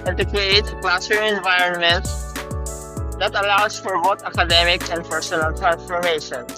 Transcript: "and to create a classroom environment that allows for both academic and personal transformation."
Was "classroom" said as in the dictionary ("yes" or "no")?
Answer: no